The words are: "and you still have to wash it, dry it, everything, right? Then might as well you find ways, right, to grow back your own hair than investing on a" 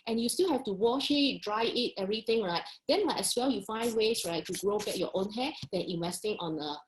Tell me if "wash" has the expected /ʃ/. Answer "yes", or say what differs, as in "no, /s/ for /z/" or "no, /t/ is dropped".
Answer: yes